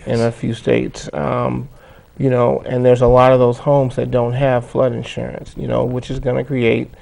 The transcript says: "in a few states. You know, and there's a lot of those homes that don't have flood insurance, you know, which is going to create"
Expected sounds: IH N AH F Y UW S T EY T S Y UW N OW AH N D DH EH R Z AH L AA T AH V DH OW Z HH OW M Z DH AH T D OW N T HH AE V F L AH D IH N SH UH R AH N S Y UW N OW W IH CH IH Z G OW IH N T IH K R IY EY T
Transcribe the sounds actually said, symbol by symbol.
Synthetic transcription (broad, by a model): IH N AH F Y UW S T EY T S Y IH N OW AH N DH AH R Z AH L AA T AH V DH OW Z HH OW M Z DH AH T D OW N T HH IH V F L AH D IH N SH UH R AH N S Y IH N OW W IH CH IH Z G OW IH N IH K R IY EY T